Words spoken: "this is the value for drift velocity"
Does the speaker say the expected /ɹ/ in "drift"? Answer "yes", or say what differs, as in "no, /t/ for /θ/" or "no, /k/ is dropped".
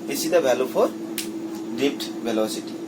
no, /ɹ/ is dropped